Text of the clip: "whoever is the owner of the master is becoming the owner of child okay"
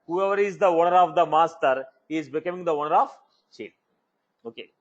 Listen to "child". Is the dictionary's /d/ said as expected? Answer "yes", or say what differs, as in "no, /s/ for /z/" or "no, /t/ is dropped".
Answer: no, /d/ is dropped